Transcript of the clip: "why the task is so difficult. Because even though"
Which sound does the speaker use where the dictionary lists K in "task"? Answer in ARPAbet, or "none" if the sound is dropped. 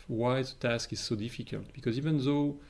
K